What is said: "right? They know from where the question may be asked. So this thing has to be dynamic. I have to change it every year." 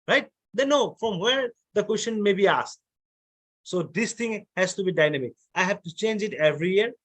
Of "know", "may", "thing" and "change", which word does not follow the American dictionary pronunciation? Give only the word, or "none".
thing